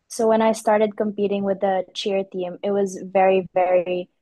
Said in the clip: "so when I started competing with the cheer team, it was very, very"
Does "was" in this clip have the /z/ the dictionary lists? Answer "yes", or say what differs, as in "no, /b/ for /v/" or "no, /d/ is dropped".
yes